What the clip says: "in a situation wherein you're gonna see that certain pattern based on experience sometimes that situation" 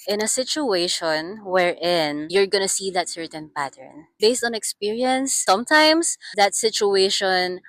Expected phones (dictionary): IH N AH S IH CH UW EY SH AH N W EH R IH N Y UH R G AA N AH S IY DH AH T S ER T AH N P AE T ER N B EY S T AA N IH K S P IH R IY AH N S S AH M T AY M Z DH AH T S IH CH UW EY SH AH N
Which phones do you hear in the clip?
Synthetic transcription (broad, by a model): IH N AH S IH CH UW EY SH AH N W EH R IH N Y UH R G AA N AH S IY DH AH T S ER T AH N P AE T ER N B EY S T AA N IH K S P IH R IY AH N S S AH M T AY M S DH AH T S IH CH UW EY SH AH N